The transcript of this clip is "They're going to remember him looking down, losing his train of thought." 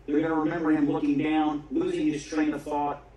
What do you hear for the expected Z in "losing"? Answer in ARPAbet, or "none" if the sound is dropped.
Z